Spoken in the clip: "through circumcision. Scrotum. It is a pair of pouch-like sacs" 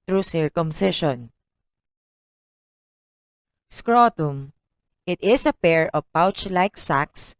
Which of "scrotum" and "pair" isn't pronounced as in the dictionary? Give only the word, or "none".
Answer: none